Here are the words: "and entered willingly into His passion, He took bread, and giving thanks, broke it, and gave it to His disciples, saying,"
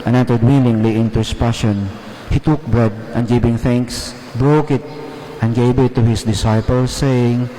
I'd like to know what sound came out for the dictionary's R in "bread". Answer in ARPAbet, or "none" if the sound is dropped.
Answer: R